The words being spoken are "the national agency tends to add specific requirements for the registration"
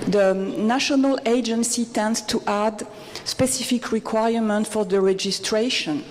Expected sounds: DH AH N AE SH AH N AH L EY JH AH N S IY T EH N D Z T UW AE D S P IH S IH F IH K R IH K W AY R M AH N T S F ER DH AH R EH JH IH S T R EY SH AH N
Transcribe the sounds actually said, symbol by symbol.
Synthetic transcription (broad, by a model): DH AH N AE SH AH N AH L EY JH AH N S IY T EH N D S T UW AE D S P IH S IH F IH K R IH K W AY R M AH N T F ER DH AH R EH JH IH S T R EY SH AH N